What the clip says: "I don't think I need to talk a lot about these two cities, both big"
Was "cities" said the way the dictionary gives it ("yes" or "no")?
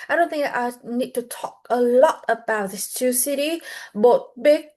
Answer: no